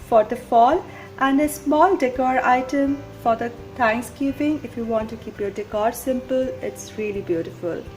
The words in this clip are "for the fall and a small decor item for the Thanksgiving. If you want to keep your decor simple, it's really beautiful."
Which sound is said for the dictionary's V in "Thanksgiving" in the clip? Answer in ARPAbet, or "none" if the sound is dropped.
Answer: P